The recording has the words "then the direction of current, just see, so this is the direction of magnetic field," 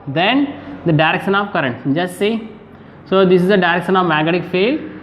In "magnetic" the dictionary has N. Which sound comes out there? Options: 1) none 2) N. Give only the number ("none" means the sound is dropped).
1